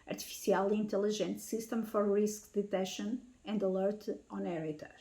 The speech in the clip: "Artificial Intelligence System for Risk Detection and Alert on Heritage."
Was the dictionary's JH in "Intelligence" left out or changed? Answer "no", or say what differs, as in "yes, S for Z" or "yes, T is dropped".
yes, ZH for JH